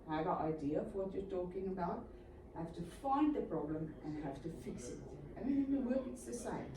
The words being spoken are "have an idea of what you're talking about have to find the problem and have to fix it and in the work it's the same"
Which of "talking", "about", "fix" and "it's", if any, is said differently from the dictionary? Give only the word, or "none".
none